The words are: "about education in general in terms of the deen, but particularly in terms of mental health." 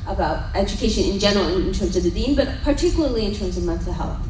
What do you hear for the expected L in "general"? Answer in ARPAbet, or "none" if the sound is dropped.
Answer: N